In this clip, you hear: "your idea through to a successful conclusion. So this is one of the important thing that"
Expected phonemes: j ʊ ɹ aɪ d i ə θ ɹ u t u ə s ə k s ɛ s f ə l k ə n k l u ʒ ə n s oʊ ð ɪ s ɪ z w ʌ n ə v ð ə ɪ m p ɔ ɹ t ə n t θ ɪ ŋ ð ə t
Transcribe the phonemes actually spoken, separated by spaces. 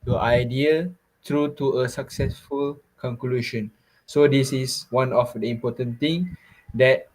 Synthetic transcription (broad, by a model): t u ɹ aɪ d i ə t ɹ u t u ə s ə k s ɛ s f ə l k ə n k l u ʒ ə n s oʊ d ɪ s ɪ s w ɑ n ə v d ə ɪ m p ɔ t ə n t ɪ ŋ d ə t